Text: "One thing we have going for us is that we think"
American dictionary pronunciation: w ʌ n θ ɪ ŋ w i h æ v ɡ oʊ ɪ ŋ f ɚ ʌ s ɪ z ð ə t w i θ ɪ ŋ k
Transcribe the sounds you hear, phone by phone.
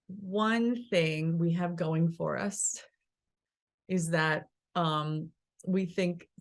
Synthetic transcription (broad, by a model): w ʌ n θ ɪ ŋ w i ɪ v ɡ oʊ ɪ ŋ f ɚ ʌ s ɪ z ð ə t w i θ ɪ ŋ k